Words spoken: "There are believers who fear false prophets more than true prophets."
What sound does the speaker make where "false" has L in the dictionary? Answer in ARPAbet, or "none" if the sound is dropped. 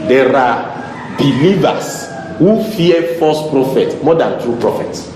none